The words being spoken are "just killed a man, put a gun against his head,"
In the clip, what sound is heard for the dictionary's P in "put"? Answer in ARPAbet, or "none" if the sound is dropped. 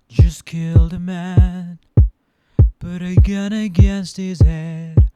B